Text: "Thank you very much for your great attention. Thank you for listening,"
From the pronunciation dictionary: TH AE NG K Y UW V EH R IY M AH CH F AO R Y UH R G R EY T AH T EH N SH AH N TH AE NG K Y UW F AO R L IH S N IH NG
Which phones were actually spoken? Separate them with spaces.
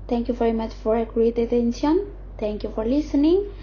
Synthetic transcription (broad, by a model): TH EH NG K Y UW V EH R IY M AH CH F AO R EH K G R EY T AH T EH N S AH N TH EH NG K Y UW F AO R L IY S N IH NG